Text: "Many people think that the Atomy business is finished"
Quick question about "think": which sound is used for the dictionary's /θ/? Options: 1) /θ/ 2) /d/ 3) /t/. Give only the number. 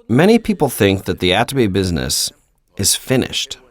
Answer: 1